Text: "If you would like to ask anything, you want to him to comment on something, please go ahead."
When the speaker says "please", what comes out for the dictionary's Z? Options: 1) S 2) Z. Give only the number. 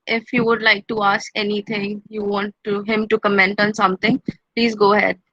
2